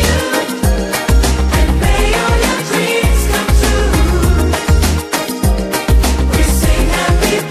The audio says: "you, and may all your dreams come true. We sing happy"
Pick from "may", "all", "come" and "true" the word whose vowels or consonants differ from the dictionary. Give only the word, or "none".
true